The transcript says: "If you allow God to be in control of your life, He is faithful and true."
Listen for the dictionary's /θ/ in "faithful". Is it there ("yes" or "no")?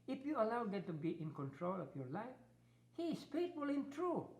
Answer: no